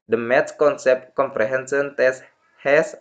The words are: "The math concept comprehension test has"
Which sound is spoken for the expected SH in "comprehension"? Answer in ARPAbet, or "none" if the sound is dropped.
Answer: S